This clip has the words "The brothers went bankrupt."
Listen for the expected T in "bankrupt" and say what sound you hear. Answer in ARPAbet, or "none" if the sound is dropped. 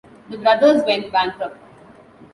none